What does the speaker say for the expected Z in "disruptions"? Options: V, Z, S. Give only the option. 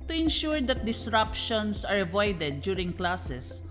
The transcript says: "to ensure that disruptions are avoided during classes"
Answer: S